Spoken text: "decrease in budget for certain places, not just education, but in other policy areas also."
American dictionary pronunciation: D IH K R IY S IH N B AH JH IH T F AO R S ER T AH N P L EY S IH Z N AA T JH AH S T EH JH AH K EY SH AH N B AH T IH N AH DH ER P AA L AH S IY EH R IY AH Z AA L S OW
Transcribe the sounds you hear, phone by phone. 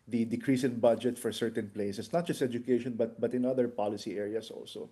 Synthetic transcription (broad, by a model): D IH K R IY S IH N B AH JH IH T F AO R S ER T AH N P L EY S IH S N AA T JH AH S T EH JH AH K EY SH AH N B AH T IH N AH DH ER P AA L AH S IY EH R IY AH S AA L S OW